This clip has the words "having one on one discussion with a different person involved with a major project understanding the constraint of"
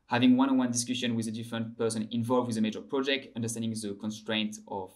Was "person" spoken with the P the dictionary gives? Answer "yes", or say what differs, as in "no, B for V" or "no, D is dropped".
yes